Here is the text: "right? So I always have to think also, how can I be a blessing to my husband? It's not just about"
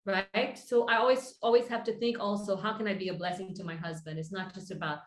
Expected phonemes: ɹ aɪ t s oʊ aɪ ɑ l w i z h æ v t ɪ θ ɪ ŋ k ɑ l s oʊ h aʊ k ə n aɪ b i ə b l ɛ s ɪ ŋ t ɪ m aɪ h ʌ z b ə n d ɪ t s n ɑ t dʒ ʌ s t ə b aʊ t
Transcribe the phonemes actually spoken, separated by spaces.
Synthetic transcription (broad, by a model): ɹ aɪ t s oʊ aɪ ɑ l w i z h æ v t ɪ θ ɪ ŋ k ɑ l s oʊ h aʊ k ə n aɪ b i ə b l ɛ s ɪ ŋ t ɪ m aɪ h ʌ z b ə n d ɪ t s n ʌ t dʒ ʌ s t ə b aʊ t